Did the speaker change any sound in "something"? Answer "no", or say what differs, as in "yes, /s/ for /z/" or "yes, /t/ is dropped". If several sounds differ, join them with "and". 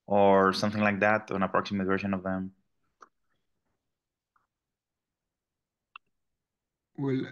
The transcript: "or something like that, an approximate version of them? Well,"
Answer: no